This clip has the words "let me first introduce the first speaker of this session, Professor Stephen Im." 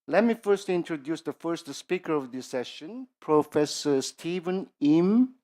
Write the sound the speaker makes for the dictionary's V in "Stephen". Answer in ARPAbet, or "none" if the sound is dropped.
V